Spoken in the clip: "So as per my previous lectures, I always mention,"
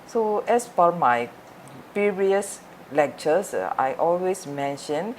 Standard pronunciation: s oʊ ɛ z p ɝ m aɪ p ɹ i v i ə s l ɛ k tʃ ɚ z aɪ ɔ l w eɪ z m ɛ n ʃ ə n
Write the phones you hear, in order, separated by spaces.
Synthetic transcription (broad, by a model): s oʊ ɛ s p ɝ m aɪ p i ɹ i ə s l ɛ k tʃ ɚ s aɪ ɔ l w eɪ s m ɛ n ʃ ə n